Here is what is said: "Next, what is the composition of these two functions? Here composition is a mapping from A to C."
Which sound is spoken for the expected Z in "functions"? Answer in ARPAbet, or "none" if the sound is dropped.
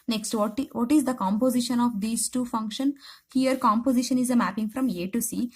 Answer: none